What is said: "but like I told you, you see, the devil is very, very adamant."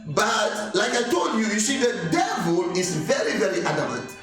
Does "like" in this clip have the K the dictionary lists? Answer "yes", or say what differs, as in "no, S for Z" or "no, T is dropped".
yes